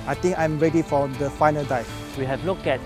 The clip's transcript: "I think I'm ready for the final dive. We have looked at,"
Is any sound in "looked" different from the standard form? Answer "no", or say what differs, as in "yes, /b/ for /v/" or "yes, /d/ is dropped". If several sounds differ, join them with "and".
yes, /t/ is dropped